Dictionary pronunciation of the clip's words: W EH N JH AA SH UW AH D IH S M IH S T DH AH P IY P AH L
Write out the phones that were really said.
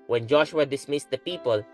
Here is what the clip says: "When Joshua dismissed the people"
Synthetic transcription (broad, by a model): W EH N JH AA SH UW AH D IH S M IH S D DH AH P IY P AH L